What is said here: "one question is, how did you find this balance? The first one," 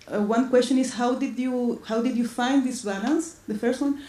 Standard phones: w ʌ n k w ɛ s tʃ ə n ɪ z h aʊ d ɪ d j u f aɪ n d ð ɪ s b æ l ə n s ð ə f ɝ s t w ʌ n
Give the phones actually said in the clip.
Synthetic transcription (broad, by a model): w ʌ n k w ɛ s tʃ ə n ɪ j h aʊ d ɪ d j u f aɪ n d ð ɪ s b æ l ə n s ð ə f ɝ s t w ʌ n